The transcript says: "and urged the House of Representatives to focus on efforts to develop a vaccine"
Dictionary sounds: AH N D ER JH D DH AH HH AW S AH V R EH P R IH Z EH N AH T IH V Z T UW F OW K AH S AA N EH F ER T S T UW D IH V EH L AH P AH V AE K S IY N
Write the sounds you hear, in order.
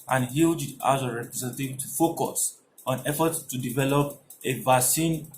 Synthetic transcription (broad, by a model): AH N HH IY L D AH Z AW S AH R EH P R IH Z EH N T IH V T UW F OW K AH S AA N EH F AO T T UW D IH V EH L AH P AH V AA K S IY N